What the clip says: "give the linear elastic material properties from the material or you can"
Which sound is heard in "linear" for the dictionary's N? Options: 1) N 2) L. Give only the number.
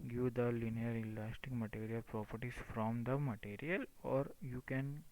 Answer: 1